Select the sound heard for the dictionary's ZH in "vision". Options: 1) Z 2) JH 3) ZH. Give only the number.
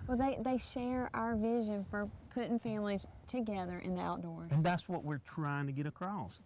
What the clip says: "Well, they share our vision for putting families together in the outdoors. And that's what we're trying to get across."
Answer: 3